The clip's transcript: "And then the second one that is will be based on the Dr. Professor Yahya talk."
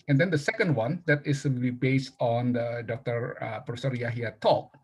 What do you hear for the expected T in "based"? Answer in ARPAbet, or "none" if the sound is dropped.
T